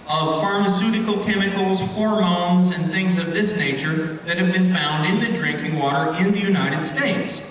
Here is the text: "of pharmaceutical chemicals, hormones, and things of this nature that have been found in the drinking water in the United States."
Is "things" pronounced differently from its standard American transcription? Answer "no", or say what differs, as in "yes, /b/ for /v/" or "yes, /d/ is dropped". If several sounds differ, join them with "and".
no